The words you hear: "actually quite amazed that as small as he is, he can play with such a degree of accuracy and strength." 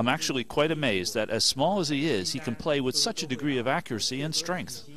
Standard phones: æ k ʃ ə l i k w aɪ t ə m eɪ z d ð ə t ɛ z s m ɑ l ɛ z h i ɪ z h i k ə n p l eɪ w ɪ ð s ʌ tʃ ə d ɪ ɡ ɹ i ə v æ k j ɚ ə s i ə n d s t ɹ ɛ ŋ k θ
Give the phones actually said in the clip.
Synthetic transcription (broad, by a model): æ k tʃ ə l i k w aɪ t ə m eɪ z ð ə t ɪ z s m ɑ l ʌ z i ɪ z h i k n p l eɪ w ɪ ð s ʌ tʃ ə d ɪ ɡ ɹ i ə v æ k j ɚ ə s i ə n s t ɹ ɛ ŋ k θ